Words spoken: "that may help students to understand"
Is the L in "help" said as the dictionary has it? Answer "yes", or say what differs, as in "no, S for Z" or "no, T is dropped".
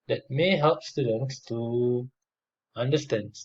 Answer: yes